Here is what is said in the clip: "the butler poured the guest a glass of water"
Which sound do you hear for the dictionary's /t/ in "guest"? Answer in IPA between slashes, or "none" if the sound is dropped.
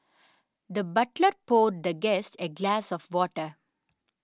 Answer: /t/